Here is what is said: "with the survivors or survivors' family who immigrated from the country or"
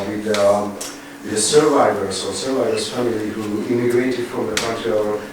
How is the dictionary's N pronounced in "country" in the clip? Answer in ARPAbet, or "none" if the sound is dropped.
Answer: none